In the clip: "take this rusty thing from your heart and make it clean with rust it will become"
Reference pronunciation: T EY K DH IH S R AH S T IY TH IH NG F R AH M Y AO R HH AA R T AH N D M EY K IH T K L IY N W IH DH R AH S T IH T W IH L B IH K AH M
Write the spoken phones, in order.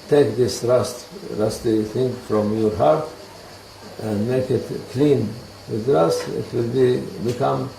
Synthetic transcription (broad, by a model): T EY K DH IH S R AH S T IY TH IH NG F R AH M Y AO R HH AA R T AH N D M EY K IH T K L IY N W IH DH R AH S T IH T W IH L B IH K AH M